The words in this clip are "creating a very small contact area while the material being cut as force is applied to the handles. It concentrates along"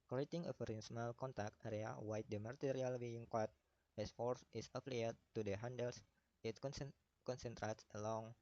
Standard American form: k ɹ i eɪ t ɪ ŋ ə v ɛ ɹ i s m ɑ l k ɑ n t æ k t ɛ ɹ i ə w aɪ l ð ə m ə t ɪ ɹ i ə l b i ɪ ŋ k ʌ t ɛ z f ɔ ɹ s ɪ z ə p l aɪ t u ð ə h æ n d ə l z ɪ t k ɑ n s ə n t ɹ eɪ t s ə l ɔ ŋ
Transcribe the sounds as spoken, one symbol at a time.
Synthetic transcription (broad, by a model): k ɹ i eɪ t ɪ ŋ ə f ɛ ɹ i s m ɑ l k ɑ n t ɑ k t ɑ ɹ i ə w aɪ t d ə m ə t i ɹ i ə l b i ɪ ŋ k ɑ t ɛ s f ɔ ɹ s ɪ s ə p l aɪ t u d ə h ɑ n d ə l s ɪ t k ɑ n s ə n t ɹ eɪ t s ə l ɔ ŋ